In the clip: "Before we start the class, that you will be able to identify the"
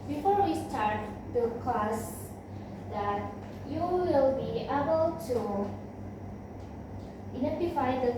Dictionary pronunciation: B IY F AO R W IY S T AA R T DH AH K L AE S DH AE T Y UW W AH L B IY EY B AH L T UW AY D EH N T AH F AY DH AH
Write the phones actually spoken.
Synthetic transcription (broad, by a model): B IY F AO R W IY S T AA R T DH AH K AO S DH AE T Y UW W AH L B IY EY B AH L T UW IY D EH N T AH F AY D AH